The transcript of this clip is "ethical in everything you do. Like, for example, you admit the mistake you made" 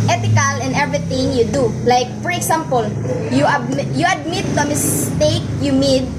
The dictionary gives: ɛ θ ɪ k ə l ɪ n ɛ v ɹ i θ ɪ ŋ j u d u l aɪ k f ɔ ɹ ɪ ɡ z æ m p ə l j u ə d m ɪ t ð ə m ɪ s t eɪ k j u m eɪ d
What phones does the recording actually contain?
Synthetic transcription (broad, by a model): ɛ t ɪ k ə l ɪ n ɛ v ɹ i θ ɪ ŋ j u d u l aɪ k f ɔ ɹ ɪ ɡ s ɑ m p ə l j u ə d m ɪ t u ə m ɪ s t eɪ k j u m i d